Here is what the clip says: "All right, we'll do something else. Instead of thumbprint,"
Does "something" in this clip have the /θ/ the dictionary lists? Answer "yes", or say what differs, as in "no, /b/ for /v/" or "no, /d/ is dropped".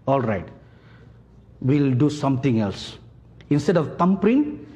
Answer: no, /t/ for /θ/